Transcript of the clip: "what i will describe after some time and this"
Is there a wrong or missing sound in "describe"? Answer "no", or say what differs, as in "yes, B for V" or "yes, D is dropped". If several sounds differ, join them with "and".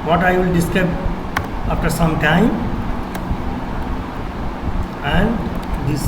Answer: yes, R is dropped and B is dropped